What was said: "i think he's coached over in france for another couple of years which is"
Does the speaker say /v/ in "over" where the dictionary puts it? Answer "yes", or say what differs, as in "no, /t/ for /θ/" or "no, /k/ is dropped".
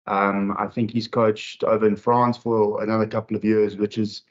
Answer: yes